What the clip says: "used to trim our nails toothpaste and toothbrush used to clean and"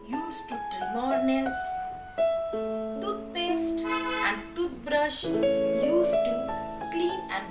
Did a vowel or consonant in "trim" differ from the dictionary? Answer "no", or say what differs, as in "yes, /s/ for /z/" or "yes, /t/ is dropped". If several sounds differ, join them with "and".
yes, /ɹ/ is dropped